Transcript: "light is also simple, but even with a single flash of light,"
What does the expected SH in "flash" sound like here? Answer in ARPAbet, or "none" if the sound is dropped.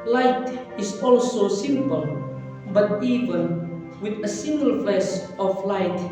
S